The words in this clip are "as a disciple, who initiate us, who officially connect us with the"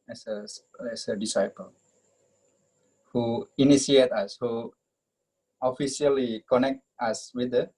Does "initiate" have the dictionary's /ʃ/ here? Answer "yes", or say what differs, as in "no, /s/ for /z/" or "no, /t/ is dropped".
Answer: no, /s/ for /ʃ/